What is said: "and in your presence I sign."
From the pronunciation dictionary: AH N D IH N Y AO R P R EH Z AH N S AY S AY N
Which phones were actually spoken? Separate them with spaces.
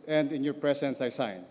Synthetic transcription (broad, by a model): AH N D IH N Y AO R P R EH S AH N S AY S AY N